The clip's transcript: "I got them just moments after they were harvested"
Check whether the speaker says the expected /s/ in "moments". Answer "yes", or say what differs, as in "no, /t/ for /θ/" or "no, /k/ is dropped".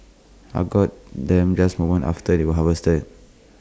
no, /s/ is dropped